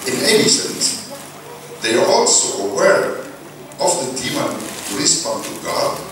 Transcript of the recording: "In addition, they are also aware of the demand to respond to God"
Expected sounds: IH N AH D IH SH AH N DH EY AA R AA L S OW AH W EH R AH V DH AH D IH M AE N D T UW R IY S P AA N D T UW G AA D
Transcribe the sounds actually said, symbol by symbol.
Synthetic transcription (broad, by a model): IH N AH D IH S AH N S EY AA R AA L S OW AH W EH R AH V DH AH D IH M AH N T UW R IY S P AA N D T UW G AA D